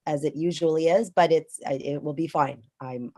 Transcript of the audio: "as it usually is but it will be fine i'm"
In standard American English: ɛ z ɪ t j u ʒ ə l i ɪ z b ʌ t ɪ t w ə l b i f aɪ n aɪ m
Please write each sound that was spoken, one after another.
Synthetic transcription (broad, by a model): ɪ z ɪ t j u ʒ ə l i ɪ z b ʌ t ɪ t w ə l b i f aɪ n aɪ m